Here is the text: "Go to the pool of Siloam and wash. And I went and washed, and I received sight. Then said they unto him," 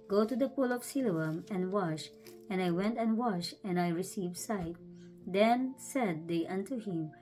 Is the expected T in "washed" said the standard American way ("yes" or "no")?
no